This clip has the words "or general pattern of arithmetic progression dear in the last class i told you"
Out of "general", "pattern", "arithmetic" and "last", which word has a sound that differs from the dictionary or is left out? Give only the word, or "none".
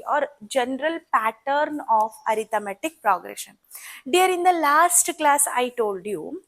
arithmetic